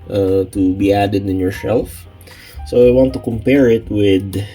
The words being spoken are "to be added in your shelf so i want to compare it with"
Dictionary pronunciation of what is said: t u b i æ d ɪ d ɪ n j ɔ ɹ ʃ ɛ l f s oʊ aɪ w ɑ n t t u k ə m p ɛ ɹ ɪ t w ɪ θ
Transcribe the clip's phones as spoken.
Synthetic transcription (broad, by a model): t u b i æ d ɪ d ɪ n j ɔ ɹ s ɛ l f s oʊ aɪ w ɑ n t t u k ə m p ɛ ɹ ɪ t w ɪ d